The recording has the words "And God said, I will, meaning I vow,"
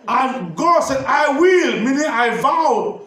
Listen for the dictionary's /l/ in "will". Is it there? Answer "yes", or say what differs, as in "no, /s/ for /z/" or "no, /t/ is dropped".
yes